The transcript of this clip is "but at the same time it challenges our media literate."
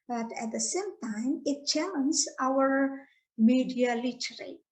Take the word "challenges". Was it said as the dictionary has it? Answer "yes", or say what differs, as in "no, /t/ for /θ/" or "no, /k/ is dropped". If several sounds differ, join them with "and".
no, /z/ is dropped